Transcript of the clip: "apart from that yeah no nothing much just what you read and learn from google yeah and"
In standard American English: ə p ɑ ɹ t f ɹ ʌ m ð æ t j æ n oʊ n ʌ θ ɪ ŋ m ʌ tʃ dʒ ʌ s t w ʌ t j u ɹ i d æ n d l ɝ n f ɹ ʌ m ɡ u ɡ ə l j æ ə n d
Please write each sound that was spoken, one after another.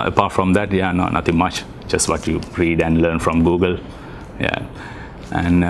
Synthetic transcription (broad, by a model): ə p ɑ ɹ t f ɹ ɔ m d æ t j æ n oʊ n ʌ t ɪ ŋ m ʌ tʃ dʒ ʌ s t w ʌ t j u ɹ i d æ n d l ɝ n f ɹ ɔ m ɡ u ɡ ə l j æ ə n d